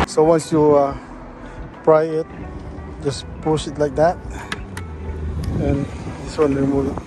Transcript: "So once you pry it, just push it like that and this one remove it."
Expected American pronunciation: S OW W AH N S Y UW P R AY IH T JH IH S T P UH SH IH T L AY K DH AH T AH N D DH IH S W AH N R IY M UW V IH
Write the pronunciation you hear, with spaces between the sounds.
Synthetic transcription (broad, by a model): S OW W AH N S Y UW P R AY IH T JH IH S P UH S IH T L AY K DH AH T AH N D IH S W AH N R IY M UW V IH